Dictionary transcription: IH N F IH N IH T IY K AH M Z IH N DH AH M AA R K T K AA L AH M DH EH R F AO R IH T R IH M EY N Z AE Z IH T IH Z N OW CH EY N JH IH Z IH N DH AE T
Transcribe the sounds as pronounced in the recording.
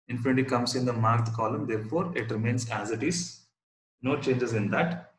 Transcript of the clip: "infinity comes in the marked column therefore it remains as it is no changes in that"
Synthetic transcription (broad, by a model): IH N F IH N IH T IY K AH M S IH N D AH M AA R T K AA L AH M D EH R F AO R IH T R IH M EY N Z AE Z IH T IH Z N OW CH EY N JH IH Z IH N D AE T